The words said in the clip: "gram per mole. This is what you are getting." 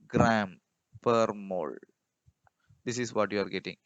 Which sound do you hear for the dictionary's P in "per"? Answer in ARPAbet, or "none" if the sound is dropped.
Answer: P